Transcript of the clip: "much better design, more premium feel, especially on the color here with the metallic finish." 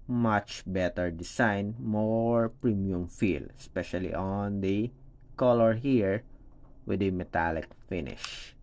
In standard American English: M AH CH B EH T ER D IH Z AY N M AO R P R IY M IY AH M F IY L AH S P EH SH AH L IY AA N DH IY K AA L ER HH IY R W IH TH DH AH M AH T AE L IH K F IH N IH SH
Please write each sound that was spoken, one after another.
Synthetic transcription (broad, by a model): M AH CH B EH T ER D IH S AY N M AO R P R IY M IY AH M F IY L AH S P EH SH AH L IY AA N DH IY K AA L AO HH IY R W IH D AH M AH T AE L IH K F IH N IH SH